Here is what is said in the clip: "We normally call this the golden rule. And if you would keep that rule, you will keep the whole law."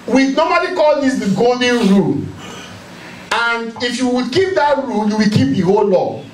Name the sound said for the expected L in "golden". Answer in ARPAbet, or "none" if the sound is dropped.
none